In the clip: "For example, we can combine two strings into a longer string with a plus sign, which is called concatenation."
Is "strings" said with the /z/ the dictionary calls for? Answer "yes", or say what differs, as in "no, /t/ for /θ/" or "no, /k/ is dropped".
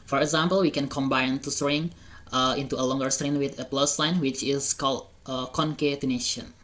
no, /z/ is dropped